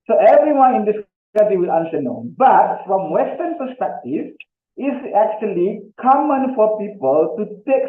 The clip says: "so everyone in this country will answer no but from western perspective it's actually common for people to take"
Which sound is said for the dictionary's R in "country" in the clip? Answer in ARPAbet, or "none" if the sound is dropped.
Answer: none